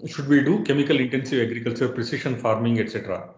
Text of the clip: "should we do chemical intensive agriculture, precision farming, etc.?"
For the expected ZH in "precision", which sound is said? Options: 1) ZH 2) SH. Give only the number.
2